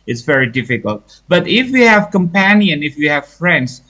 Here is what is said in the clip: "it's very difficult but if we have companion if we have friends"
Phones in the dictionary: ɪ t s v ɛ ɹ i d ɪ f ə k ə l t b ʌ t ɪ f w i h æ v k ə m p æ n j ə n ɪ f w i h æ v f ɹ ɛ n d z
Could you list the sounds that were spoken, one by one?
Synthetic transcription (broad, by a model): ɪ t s v ɛ ɹ i d ɪ f ə k ə l t b ʌ t ɪ f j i h æ v k ə m p æ n j ə n ɪ f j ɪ h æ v f ɹ ɛ n d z